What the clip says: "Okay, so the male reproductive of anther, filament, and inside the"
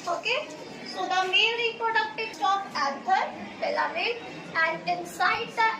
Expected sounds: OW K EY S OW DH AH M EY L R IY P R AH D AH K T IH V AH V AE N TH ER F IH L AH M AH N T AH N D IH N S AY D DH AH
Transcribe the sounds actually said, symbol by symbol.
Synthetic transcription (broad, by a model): OW K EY S OW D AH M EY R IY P R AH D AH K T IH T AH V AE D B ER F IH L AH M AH T AH N D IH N S AY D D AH